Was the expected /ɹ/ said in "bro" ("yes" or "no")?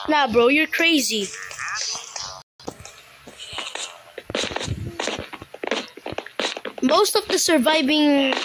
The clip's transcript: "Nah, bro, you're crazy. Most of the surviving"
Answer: yes